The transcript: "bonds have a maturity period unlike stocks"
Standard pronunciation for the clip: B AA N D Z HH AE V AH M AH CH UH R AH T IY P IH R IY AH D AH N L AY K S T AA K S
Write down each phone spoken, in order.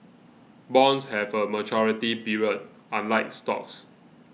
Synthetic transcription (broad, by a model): B AA N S HH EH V AH M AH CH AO R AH T IY B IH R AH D AH N L AY K S T AA K S